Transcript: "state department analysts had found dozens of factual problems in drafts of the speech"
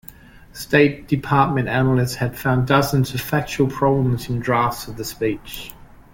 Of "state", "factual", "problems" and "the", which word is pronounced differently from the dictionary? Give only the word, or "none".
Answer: none